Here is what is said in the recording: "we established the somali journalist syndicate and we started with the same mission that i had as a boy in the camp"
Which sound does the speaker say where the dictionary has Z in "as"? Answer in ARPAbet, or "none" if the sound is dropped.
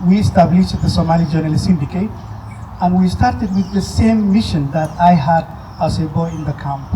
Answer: S